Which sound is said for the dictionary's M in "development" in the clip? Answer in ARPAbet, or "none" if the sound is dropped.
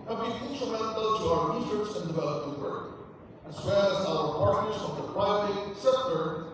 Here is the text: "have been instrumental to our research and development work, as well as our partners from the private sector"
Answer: none